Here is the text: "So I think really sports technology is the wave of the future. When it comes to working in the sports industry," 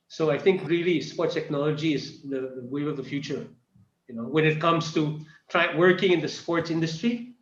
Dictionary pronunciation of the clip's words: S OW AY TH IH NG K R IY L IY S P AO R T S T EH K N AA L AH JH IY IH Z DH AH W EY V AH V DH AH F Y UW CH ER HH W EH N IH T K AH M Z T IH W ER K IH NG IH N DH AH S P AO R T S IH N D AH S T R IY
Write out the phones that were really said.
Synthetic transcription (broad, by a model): S OW AY TH IH NG K R IY L IY S P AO R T T EH K N AA L AH JH IY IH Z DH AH W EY AH V DH AH F Y UW CH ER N W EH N IH T K AH M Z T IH W ER K IH NG IH N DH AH S P AO R T S IH N D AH S T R IY